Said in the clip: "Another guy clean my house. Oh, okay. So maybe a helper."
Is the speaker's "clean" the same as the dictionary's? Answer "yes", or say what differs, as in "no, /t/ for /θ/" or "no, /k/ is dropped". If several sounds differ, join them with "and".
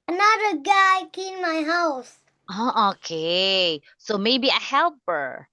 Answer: no, /l/ is dropped